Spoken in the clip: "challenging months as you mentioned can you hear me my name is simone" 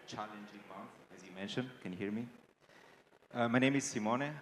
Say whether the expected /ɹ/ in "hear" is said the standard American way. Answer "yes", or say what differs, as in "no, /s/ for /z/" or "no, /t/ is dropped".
yes